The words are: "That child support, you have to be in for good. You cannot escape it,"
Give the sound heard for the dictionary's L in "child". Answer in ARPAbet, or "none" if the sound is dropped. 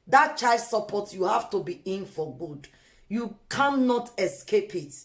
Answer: none